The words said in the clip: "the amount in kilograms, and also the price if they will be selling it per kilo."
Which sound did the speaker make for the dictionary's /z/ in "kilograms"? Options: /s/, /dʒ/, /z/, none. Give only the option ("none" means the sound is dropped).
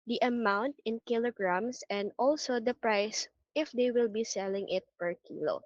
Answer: /s/